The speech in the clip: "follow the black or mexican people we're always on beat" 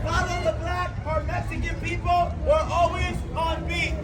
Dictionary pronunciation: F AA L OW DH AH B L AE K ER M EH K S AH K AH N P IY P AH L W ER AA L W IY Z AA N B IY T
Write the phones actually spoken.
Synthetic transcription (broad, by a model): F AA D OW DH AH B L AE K ER M EH K S AH K AH N P IY P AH L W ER AA L W IY Z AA N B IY